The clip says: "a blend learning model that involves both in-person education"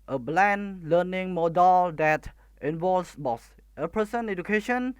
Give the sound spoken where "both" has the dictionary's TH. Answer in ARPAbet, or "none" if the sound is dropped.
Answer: S